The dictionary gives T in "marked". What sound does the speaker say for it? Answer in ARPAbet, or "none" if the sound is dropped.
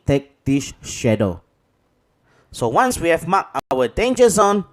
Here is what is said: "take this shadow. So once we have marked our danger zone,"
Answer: none